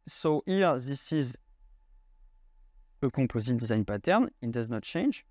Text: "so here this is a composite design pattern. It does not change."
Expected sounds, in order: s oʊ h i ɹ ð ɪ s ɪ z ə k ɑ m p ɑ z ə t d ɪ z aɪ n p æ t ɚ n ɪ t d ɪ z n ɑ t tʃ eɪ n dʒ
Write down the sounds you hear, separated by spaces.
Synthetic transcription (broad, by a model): s oʊ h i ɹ ð ɪ s ɪ z ə k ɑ p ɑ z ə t d ɪ z aɪ n p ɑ t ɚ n ɪ t d ɪ z n ɑ t tʃ eɪ n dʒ